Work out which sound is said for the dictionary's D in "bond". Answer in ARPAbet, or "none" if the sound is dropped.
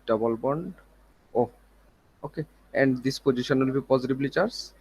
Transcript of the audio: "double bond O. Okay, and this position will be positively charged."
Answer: D